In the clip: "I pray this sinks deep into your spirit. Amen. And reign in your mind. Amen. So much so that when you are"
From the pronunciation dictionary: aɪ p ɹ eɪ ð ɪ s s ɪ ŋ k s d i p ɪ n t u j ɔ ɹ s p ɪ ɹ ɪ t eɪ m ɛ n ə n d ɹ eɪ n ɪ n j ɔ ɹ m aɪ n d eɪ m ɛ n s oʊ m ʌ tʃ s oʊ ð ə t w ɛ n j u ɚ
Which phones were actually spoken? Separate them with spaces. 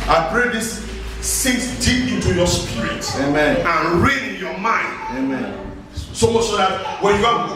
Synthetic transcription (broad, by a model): aɪ p ɹ eɪ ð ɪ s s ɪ k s d i p ɪ n t u j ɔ s p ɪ ɹ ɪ t eɪ m ɛ n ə n ɹ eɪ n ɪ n j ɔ m aɪ n d eɪ m ɛ n s oʊ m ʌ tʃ s oʊ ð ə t w ɛ n j u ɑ